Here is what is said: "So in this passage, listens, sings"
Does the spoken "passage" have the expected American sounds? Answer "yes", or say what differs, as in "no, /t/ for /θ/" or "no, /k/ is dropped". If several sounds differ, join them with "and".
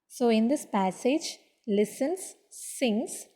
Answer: yes